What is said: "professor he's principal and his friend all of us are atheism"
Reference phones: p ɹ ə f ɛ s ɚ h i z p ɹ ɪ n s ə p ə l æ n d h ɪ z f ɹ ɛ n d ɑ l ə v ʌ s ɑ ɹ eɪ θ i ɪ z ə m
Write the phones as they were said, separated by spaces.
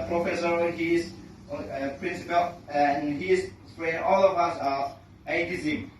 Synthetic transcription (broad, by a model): p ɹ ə f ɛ s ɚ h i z p ɹ ɪ n s ə p ə l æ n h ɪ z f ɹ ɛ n ɑ l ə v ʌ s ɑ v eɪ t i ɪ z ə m